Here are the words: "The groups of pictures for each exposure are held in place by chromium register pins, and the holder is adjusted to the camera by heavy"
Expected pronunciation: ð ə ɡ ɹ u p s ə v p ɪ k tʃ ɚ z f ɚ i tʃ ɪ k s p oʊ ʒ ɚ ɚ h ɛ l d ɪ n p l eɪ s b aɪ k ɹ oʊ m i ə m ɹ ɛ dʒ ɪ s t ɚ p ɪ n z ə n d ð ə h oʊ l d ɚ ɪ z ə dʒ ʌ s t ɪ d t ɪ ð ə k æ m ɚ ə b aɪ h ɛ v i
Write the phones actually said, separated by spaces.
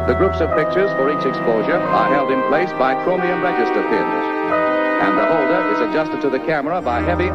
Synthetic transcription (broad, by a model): ð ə ɡ ɹ u p s ə v p ɪ k tʃ ɚ z f ɚ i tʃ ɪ k s p oʊ ʒ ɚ ɚ h ɛ l d ɪ n p l eɪ s b aɪ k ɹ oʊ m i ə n ɹ ɛ dʒ ɪ s t ɚ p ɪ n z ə n ð ə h oʊ l d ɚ ɪ z ə dʒ ʌ s t ɪ d t ɪ ð ə k æ m ɚ ə b aɪ h ɛ v i